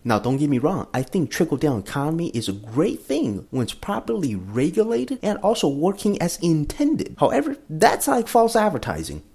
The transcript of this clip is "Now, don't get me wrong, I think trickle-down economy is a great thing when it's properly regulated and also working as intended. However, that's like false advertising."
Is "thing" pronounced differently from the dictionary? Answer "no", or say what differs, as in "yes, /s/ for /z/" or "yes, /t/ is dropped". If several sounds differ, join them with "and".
no